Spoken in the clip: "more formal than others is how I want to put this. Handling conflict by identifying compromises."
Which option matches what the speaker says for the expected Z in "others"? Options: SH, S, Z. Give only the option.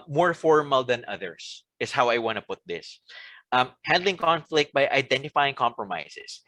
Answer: S